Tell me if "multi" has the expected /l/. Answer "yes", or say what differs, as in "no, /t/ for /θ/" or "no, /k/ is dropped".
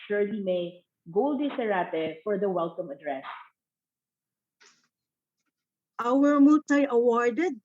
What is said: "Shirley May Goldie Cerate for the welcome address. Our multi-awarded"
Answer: no, /l/ is dropped